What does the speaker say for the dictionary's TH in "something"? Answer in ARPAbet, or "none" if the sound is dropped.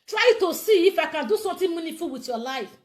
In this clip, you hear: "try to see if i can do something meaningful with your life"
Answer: T